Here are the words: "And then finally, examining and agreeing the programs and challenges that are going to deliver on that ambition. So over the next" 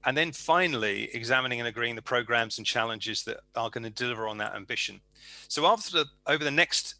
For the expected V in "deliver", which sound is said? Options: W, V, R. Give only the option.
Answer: V